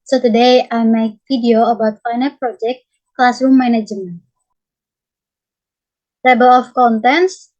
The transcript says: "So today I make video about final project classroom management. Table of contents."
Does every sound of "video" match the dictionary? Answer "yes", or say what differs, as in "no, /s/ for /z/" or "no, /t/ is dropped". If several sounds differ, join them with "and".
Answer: no, /f/ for /v/